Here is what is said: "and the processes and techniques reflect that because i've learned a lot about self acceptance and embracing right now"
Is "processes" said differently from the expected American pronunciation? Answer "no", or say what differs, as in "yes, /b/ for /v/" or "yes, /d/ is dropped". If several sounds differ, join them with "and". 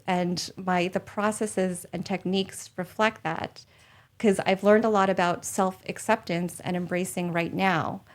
no